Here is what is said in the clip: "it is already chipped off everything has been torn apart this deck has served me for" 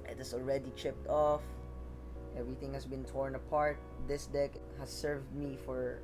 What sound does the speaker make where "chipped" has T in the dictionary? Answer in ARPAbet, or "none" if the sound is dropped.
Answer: T